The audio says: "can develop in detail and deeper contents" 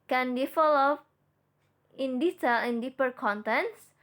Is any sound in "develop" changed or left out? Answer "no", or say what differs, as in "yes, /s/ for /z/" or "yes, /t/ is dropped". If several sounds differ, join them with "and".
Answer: yes, /f/ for /v/ and /p/ is dropped